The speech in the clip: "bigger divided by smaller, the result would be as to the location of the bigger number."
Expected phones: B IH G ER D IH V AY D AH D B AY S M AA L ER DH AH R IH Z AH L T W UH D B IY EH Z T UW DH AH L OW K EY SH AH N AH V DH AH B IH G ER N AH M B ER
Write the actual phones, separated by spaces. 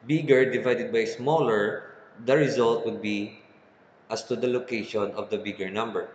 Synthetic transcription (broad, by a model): B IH G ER D IH V AY D AH D B AY S M AA L ER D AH R IH Z AH L T W UH D B IY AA S T UW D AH L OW K EY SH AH N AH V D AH B IH G ER N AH M B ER